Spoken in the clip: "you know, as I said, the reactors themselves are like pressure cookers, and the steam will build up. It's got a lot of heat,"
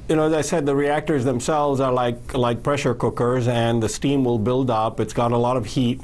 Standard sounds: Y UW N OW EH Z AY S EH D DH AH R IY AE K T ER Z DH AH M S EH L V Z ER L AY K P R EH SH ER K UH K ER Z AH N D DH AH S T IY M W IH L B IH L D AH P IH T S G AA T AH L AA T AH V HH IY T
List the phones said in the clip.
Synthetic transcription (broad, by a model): Y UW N OW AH Z AY S EH D DH AH R IY AE K T ER Z DH AH M S EH L V Z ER L AY K P R EH SH ER K UH K ER Z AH N DH AH S T IY M W IH L B IH L D AH P IH T S G AA T AH L AA T AH V HH IY T